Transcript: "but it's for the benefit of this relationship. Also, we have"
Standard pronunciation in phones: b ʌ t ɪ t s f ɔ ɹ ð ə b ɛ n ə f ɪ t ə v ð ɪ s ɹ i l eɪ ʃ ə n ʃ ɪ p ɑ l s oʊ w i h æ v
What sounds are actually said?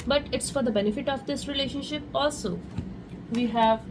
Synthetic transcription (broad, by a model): b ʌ t ɪ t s f ɔ ɹ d ə b ɛ n ə f ɪ t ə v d ɪ s ɹ i l eɪ ʃ ə n ʃ ɪ p ɑ l s oʊ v i h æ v